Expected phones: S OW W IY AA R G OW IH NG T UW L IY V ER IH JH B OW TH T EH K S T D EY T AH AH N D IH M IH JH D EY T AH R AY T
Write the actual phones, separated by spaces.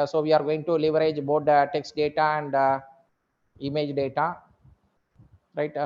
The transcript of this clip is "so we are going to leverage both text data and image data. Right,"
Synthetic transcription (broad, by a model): S OW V IY AA R G OW IH NG T UW L IY V ER IH JH B OW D T EH K S T D EY T AH AH N D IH M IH JH D EY T AH R AY T